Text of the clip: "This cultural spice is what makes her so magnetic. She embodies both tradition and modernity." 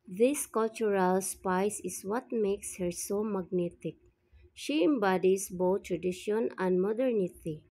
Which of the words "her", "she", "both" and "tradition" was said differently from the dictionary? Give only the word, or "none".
both